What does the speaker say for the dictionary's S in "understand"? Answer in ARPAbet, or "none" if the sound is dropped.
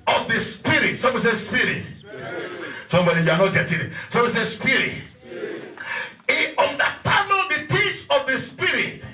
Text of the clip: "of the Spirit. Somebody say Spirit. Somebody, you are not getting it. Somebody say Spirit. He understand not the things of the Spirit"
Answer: none